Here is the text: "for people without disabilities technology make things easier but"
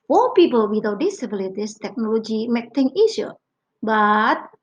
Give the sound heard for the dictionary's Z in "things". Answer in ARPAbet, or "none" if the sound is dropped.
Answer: none